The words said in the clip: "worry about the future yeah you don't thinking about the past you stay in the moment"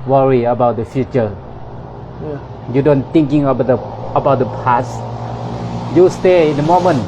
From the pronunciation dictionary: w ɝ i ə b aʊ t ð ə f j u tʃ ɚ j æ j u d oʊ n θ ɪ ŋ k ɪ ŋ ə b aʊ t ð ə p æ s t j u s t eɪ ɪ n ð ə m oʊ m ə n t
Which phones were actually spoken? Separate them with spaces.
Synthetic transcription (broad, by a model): w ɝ i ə b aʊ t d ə f j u tʃ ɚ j j u d oʊ n t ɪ ŋ k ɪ ŋ ə b aʊ t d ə p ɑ s j u s t eɪ ɪ n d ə m oʊ m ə n